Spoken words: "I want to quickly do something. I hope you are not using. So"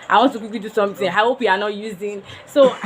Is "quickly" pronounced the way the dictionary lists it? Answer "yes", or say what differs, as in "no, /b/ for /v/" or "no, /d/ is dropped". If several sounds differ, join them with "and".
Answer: no, /l/ is dropped